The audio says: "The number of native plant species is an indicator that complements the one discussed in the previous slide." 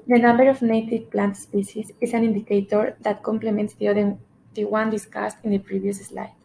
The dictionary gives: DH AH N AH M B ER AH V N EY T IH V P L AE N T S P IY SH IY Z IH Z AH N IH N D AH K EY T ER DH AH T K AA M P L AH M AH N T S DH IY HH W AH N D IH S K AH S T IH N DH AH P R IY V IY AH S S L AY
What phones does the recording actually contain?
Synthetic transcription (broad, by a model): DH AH N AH M B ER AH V N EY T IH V P L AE N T S P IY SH IY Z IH S AH N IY N D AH K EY T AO DH AH T K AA M P L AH M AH N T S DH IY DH W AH N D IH S K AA S T IH N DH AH P R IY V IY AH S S L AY